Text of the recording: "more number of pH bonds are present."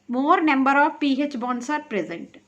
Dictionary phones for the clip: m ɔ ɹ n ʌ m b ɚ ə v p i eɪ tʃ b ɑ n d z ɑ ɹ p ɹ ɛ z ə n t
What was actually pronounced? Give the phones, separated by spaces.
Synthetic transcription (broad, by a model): m ɔ ɹ n ʌ m b ɚ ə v p i eɪ tʃ b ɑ n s ɑ ɹ p ɹ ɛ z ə n t